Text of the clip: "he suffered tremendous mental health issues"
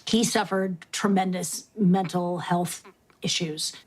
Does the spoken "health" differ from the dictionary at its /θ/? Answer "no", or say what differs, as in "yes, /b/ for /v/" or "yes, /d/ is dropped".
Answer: no